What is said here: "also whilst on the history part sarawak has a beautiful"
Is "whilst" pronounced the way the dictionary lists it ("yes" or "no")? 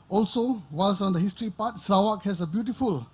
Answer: no